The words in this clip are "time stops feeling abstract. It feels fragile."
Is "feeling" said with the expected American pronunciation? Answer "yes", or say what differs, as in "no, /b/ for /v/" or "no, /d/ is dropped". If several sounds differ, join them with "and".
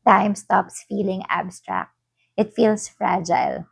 yes